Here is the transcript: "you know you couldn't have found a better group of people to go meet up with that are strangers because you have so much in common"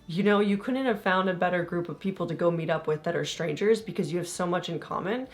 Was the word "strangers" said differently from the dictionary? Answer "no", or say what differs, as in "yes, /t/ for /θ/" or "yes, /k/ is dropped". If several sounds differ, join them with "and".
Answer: no